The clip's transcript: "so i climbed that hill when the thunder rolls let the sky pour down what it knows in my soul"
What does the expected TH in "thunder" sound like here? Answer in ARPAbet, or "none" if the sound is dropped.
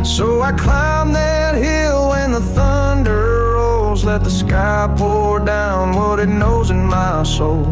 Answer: TH